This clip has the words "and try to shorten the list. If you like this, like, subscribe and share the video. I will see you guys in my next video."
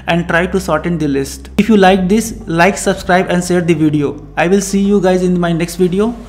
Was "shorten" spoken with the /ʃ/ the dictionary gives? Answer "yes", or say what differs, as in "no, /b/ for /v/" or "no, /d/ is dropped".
no, /s/ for /ʃ/